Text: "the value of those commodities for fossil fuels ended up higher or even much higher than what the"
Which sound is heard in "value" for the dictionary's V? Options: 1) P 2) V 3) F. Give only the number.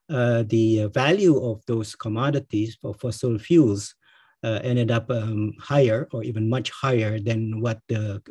2